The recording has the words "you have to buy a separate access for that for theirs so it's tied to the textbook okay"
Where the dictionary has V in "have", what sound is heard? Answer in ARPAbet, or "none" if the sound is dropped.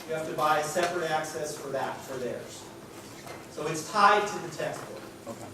F